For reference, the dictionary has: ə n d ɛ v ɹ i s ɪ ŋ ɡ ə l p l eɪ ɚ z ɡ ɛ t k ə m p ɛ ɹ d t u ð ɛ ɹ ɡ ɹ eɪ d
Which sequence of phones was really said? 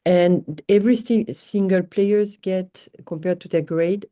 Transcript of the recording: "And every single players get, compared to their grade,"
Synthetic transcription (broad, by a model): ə n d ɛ v ɹ i s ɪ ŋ ɡ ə l p l eɪ ɚ z ɡ ɛ t k ə m p ɛ ɹ d t u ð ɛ ɡ ɹ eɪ d